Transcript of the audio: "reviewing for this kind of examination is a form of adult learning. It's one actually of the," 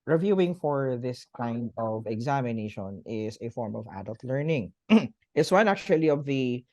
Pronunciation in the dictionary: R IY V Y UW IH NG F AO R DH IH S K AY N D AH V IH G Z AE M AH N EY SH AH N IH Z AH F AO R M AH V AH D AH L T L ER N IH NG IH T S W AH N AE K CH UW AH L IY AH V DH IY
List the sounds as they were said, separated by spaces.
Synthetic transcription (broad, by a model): R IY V Y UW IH NG F AO R DH IH S K AY N D AH V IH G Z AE M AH N EY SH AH N IH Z AH F AO R M AH V AH D AH L T L ER N IH NG IH T S W AH N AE K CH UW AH L IY AH V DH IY